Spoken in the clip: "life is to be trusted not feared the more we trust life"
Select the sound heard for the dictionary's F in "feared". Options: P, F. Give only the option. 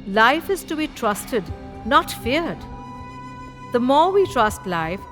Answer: F